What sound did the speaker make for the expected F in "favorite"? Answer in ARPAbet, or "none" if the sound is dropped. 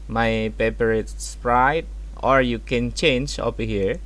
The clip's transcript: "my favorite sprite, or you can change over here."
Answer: P